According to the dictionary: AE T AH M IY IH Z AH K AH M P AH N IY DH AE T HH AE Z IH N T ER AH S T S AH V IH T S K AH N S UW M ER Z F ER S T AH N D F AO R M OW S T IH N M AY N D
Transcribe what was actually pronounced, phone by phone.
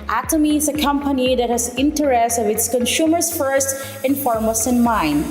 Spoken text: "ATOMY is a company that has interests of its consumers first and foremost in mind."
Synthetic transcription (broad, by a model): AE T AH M IY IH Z AH K AH M P AH N IY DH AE T HH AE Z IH N T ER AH S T AH V IH T S K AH N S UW M ER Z F ER S T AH N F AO R M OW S IH N M AY N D